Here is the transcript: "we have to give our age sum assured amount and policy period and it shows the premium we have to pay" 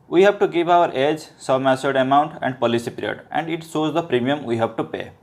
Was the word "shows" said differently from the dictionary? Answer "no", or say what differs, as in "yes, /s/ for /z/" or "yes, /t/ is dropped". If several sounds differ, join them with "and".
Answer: yes, /s/ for /ʃ/